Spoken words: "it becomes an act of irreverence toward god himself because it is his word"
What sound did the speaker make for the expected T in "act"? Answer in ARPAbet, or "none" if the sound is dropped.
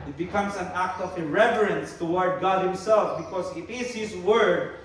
T